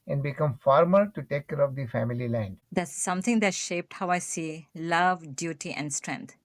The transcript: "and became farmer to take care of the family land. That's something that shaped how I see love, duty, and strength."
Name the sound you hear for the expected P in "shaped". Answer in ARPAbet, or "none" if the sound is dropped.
P